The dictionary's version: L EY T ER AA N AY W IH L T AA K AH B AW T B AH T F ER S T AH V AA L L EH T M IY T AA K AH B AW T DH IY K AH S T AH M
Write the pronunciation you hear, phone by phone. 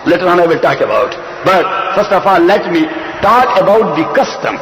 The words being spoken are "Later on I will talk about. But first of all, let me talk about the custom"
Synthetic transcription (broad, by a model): L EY T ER AA N AY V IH L T AA K AH B AW T B AH T F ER S T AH F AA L L EH T M IY T AA K AH B AW T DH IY K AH S T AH M